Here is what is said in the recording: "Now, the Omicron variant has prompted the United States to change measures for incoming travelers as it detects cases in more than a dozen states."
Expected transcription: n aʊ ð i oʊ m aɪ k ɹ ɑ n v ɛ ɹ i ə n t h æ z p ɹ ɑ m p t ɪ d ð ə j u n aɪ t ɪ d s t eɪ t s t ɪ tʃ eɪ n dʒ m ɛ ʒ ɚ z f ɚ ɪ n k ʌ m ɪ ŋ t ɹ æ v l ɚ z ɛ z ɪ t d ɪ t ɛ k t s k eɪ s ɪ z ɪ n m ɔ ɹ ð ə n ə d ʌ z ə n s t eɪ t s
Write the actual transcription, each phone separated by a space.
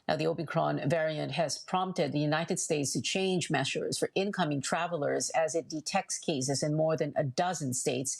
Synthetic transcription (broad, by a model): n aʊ ð i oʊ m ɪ k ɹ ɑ n v ɛ ɹ i ə n t h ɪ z p ɹ ɑ m p t ɪ d ð ə j u n aɪ t ɪ d s t eɪ t s t ɪ tʃ eɪ n dʒ m ɛ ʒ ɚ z f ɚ ɪ n k ʌ m ɪ ŋ t ɹ æ v l ɚ z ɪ z ɪ t d ɪ t ɛ k t s k eɪ s ɪ z ɪ n m ɔ ɹ ð ə n ə d ʌ z ə n s t eɪ t s